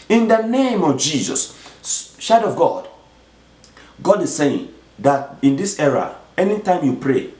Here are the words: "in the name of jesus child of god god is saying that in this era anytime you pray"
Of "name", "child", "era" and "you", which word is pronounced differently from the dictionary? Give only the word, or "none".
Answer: child